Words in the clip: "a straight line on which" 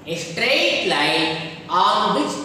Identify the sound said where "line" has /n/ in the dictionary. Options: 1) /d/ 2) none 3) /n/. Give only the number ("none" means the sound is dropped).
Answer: 2